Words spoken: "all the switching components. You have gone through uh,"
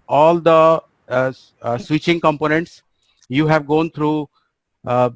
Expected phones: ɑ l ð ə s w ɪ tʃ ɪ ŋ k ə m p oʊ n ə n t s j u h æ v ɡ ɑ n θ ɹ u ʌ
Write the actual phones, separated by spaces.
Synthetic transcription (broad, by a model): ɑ l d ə s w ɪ tʃ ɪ ŋ k ə m p oʊ n ə n t s j u h æ v ɡ ɑ n t ɹ u